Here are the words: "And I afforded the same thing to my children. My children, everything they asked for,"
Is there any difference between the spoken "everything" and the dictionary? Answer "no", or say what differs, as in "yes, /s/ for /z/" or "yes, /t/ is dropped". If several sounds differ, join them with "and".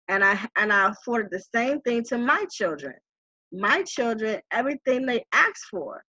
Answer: no